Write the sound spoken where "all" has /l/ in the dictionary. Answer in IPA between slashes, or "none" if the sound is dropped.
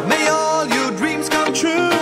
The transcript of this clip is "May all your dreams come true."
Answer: /l/